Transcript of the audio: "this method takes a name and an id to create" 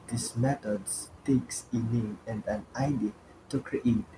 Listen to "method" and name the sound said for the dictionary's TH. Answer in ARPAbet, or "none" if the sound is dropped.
T